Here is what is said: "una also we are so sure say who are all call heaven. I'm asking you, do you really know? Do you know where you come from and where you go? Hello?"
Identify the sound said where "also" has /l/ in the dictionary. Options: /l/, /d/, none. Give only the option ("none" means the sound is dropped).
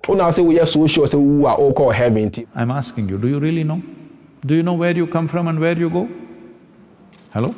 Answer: none